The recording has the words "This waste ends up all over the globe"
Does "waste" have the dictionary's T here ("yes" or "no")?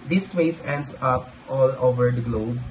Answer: no